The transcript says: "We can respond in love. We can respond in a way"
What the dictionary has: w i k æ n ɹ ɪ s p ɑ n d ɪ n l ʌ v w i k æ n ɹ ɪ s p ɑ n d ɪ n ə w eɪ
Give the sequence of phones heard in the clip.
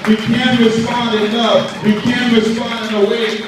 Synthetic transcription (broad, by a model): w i k æ n ɹ ɪ s p ɑ n d ɪ n ʌ f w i k æ n ɹ ɪ s p ɑ n d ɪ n ə w eɪ